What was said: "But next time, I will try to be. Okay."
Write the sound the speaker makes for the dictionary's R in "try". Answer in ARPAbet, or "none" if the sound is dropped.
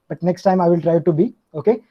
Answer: R